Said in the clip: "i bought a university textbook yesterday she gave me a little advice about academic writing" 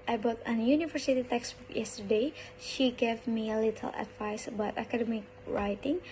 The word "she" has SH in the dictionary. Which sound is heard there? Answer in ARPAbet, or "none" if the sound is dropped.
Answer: SH